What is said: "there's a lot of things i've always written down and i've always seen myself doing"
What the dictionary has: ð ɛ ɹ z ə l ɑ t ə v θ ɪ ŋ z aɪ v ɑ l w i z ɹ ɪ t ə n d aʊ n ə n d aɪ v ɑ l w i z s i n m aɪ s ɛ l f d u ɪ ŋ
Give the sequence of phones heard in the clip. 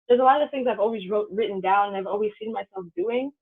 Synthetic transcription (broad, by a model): ð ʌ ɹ z ə l ɑ t ə v θ ɪ ŋ z aɪ v ɑ l w i z ɹ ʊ t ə n d aʊ n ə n aɪ v ɑ l w i z s i n m aɪ s ɛ l f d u ɪ ŋ